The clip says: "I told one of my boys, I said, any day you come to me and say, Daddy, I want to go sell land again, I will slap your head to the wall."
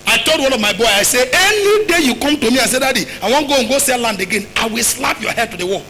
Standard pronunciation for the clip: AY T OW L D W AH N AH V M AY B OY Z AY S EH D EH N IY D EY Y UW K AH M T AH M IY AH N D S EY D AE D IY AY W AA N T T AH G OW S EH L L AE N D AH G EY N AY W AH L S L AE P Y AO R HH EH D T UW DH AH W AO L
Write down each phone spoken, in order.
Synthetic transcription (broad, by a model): AY T OW L D W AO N AH V M AY B OY AY S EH EH N IY D EY Y UW K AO M T AH M IY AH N S EY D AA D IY AY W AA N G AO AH G OW S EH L L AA N D AH G EY N AY W AH L S L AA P Y AO HH EH D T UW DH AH W AO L